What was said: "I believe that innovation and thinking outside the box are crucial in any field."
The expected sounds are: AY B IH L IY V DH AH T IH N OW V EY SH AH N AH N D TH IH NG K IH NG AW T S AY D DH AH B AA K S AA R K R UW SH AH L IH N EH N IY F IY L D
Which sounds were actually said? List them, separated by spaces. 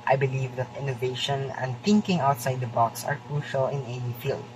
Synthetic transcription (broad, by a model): AY B IH L IY V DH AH T IH N OW V EY SH AH N AH N D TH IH NG K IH NG AW T S AY D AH B AA K S AA R K R UW SH AH L IH N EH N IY F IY L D